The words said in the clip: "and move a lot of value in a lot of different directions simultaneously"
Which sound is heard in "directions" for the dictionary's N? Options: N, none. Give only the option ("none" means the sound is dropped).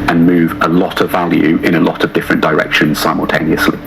N